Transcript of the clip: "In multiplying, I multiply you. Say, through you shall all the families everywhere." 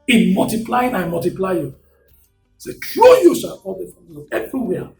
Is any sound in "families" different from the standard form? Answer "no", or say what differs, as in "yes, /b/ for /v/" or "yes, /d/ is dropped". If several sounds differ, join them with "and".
yes, /z/ is dropped